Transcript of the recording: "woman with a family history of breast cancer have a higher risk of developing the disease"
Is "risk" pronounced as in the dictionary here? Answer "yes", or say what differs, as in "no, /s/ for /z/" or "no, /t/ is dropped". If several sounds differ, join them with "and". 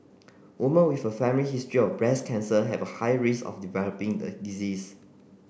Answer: no, /k/ is dropped